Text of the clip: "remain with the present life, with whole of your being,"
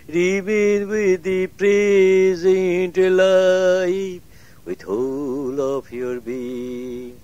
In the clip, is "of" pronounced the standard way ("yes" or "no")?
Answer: no